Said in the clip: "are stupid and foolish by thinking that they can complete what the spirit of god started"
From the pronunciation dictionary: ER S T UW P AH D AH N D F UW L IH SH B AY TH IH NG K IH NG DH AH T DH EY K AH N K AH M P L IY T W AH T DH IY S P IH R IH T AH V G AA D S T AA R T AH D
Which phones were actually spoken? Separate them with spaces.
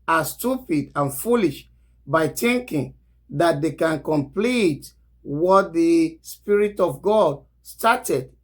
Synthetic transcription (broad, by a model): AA S T UW P AH D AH N F UW L IH SH B AY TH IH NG K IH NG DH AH T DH EY K AH N K AH M P L IY T W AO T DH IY S P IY R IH T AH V G AA D S T AA T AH D